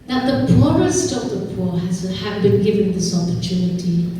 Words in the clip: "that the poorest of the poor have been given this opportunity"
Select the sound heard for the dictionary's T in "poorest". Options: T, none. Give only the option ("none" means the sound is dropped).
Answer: T